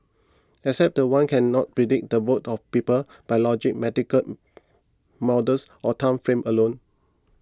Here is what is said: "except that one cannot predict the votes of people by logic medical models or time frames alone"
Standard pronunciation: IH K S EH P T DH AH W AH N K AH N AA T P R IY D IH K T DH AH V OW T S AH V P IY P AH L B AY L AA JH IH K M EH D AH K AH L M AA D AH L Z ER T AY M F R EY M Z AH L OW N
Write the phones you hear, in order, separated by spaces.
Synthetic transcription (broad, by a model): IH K S EH P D AH W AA N K AH N AA T P R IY D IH K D AH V OW T AH F P IY P AH L B AY L AA JH IH K M EH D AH K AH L M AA D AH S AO T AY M F R EY M AH L OW N